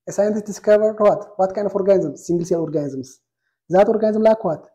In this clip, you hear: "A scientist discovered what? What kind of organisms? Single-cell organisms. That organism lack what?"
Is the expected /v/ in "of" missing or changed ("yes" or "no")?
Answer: yes